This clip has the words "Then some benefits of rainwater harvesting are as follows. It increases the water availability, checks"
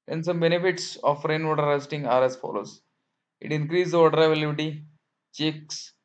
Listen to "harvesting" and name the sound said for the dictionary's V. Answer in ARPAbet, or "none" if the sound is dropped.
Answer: none